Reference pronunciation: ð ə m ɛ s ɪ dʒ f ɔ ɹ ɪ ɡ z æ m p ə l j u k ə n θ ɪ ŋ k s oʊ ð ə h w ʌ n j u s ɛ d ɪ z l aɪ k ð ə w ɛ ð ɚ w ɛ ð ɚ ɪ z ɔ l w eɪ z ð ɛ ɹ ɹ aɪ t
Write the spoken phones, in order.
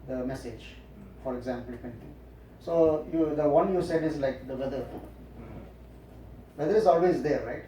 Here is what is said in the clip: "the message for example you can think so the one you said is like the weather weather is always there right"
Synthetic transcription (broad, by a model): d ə m ɛ s ɪ dʒ f ɔ ɹ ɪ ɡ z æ m p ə l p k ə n t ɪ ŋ s oʊ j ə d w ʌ n j u s ɛ d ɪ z l aɪ k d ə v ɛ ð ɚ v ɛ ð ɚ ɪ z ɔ l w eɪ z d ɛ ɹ ɹ aɪ t